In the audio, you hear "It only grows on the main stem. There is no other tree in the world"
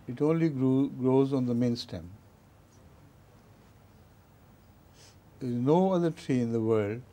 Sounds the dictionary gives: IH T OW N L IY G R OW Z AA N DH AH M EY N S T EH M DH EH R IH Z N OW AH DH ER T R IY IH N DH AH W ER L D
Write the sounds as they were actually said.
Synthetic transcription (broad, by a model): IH T OW N L IY G R OW Z AA N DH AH M EY N S T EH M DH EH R IH Z N OW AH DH ER T R IY IH N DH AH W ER L D